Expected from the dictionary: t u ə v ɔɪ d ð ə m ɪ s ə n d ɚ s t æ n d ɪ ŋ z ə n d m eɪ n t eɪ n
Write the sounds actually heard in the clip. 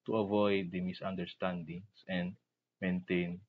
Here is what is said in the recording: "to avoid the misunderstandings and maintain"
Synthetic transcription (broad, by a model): t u ə v ɔɪ d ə m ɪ s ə n d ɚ s t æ n d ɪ ŋ s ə n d m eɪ n t eɪ n